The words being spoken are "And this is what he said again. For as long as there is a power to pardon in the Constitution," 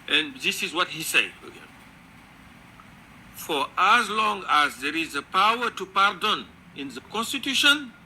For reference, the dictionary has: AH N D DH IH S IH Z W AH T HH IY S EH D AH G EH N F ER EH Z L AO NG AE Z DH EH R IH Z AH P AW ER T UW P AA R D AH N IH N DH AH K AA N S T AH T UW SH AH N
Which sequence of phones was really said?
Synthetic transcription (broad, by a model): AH N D DH IH S IH Z W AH T HH IY S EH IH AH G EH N F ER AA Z L AO NG AE Z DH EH R IH Z AH P AW ER T UW P AA R D AH N IH N DH AH K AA N S T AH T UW SH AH N